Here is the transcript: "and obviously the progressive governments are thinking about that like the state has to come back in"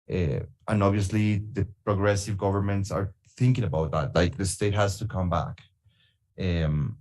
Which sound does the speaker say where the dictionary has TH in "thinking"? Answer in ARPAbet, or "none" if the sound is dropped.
TH